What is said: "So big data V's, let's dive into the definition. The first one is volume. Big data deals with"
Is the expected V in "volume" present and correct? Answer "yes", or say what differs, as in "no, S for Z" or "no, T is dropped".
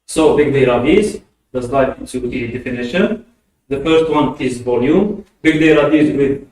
yes